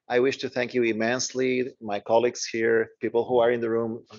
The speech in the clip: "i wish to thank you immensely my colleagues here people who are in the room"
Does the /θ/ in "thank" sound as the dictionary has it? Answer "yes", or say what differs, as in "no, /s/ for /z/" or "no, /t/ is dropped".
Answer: yes